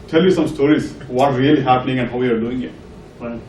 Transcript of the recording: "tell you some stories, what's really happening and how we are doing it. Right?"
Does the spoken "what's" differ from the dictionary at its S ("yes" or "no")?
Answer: yes